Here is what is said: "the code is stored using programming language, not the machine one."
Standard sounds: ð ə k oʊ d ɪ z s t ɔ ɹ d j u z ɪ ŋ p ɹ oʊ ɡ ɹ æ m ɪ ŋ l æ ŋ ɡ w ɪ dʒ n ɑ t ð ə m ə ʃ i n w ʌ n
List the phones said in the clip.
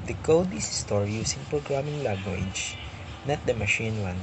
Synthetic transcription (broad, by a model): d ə k oʊ d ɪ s s t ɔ ɹ j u s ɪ ŋ p ɹ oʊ ɡ ɹ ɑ m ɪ ŋ l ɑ ɡ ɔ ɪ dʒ n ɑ t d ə m ə ʃ i n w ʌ n